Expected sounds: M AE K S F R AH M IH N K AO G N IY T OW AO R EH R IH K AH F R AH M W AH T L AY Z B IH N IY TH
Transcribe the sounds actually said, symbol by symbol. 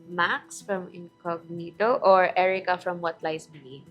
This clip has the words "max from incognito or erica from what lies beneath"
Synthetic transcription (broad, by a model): M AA K S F R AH M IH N K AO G N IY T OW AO R EH R IH K AH F R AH M W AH T L AY S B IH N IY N